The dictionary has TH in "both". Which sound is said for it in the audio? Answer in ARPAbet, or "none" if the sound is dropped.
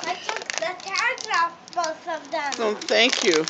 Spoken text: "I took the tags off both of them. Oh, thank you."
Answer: S